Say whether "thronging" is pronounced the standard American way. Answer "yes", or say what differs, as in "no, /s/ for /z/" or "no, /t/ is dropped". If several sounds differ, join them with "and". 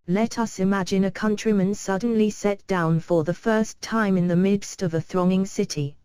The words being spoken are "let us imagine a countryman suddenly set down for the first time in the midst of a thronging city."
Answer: yes